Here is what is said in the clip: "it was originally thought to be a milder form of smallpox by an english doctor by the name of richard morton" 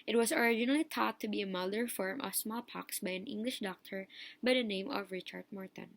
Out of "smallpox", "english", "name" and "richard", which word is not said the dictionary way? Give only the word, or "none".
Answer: none